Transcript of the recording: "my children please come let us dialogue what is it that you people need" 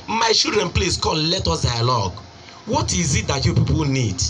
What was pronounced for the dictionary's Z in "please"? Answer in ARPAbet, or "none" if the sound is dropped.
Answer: S